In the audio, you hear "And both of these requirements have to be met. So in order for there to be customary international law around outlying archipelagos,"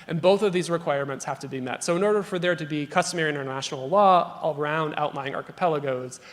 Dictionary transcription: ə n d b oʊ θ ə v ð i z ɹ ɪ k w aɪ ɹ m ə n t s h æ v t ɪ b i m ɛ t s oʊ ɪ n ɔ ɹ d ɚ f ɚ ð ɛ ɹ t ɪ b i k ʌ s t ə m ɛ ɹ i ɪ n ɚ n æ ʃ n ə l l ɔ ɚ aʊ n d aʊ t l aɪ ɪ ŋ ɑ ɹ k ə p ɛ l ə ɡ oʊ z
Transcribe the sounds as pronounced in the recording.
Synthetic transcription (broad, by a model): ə n b oʊ θ ə v ð i z ɹ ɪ k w aɪ ɹ m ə n t s h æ f t ɪ b i m ɛ t s oʊ ɪ n ɔ ɹ d ɚ f ɚ ð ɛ ɹ t ɪ b i k ʌ s t ə m ɛ ɹ i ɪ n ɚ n æ ʃ n l l ɔ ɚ aʊ n d aʊ t l aɪ ɪ ŋ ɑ ɹ k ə p ɛ l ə ɡ oʊ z